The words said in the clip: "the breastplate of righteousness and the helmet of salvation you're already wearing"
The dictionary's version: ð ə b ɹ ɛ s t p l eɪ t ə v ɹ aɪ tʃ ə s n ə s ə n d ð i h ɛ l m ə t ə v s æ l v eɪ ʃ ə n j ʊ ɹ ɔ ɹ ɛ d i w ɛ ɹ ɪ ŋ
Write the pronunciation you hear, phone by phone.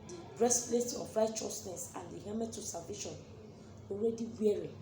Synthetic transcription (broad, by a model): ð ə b ɹ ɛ s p l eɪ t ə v ɹ aɪ tʃ ə s n ə s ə n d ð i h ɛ m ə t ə s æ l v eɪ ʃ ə n ɔ ɹ ɛ d i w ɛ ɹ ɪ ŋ